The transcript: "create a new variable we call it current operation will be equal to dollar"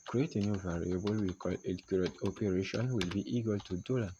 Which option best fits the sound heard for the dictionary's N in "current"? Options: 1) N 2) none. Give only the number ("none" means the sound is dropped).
2